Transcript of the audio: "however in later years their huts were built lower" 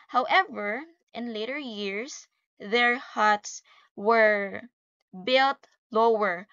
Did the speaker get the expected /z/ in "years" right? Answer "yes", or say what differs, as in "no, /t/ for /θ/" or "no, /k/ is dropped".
no, /s/ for /z/